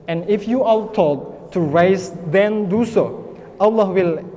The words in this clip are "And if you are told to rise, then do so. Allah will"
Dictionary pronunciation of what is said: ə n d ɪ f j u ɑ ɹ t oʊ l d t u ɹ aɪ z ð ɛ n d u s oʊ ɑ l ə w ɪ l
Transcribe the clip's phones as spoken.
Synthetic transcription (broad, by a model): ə n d ɪ f j u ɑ l t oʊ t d t u ɹ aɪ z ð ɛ n d u s oʊ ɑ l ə w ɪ l